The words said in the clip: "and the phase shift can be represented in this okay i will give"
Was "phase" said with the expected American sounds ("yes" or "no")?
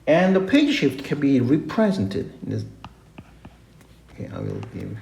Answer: no